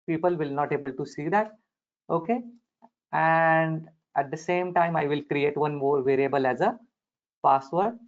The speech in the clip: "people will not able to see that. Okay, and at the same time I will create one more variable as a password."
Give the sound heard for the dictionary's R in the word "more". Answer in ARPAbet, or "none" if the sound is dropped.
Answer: R